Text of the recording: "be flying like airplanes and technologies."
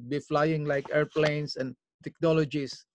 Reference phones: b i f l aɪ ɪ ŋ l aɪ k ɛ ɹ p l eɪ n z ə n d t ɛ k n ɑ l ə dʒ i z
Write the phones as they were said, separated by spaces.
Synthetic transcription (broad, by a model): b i f l aɪ ɪ ŋ l aɪ k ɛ ɹ p l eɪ n s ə n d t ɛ k n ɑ l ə dʒ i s